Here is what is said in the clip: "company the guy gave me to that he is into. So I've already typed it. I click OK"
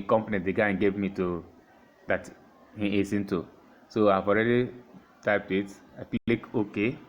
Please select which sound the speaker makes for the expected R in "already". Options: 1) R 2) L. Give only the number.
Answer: 1